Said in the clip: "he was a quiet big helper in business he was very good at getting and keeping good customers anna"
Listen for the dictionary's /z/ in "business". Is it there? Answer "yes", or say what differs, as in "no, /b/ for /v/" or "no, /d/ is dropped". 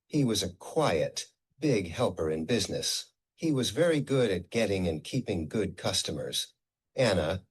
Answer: yes